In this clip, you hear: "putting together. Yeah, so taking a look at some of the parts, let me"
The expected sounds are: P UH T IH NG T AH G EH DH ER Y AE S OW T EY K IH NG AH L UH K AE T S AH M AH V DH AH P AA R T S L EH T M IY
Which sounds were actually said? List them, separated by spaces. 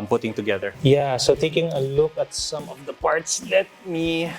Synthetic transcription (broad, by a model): P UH T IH NG T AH G EH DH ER Y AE S OW T EY K IH NG AH L UH K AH T S AH M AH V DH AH P AA R T S L EH T M IY